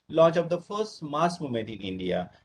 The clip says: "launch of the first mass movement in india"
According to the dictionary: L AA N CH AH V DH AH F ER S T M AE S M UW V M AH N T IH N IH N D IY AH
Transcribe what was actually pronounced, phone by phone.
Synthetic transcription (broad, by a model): L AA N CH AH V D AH F ER S T M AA S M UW M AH N T IH N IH N D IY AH